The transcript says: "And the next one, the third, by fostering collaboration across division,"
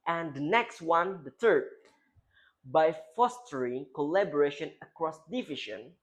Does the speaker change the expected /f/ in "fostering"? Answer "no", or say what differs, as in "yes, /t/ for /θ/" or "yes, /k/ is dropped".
no